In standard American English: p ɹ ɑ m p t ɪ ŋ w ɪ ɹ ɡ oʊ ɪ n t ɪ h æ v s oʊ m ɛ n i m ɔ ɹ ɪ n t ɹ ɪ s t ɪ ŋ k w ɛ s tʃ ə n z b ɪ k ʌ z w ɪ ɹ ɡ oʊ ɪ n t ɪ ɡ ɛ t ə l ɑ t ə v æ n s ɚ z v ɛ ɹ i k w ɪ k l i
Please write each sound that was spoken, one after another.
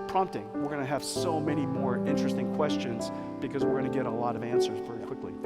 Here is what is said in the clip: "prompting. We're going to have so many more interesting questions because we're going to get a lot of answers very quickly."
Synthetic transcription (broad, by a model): p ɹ ɑ m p t ɪ ŋ w ɪ ɹ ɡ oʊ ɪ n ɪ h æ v s oʊ m ɛ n i m ɔ ɹ ɪ n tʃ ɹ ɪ s t ɪ ŋ k w ɛ s tʃ ə n z b ɪ k ʌ z w ɪ ɹ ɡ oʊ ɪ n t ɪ ɡ ɛ t ə l ɑ t ə v æ n s ɚ z v ɛ ɹ i k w ɪ k l i